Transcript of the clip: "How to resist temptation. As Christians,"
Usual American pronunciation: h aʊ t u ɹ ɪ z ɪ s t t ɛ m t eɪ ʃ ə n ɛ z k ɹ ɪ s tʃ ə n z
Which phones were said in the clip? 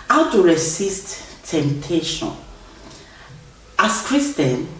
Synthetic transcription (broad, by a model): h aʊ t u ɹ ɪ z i s t t ɛ m t eɪ ʃ ə n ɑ s k ɹ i s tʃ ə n